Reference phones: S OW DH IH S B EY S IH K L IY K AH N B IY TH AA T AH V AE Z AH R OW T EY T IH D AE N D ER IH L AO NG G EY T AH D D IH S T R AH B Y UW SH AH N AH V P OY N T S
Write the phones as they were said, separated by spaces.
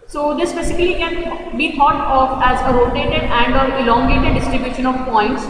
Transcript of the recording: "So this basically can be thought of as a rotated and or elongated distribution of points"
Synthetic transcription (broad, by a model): S OW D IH S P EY S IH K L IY K AH N B IY T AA T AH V AE Z AH R OW T EY T IH D AE N D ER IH L AO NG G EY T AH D D IH S T R AH B Y UW SH AH N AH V P OY N T S